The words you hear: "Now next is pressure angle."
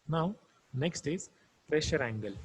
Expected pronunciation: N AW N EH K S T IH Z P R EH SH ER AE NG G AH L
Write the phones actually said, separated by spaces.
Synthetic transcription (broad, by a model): N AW N EH K S T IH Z P R EH SH ER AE NG G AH L